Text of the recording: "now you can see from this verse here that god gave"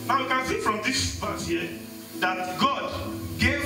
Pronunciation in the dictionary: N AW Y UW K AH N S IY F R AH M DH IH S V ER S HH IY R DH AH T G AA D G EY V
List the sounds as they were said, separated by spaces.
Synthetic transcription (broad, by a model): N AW K AH N S IY F R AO M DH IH S P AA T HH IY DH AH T G AA D G EY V